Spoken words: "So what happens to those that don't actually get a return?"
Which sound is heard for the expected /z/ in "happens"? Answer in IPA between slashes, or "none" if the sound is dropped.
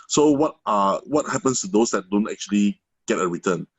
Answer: /s/